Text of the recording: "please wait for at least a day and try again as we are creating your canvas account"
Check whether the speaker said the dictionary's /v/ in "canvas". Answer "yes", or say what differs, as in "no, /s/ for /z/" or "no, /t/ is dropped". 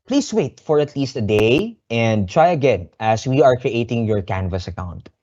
yes